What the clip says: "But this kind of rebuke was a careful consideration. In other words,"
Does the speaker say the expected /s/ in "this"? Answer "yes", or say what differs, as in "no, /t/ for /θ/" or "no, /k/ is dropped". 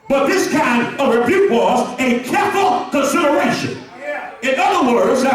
yes